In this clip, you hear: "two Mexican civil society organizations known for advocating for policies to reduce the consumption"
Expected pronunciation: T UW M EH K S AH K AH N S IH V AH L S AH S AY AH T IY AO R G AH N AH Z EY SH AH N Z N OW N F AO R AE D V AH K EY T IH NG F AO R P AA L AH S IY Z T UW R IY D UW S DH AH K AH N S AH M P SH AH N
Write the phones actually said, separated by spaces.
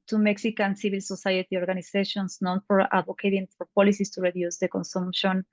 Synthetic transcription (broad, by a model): T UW M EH K S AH K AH N S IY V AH L S AH S AY AH T IY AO R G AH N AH S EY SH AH N S N OW N F AO R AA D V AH K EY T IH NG F AO R P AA L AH S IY S T UW R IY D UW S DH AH K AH N S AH M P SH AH N